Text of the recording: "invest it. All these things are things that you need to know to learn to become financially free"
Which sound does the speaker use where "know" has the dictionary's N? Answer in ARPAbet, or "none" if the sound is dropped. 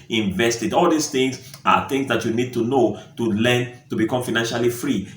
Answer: N